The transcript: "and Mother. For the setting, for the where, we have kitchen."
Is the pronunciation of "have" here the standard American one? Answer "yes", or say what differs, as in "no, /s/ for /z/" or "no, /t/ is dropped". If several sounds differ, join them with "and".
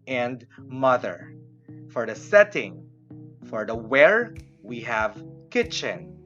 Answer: yes